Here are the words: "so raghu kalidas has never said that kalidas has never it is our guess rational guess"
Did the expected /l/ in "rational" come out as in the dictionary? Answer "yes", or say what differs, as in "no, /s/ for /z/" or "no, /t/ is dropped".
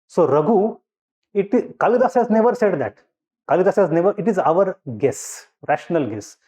yes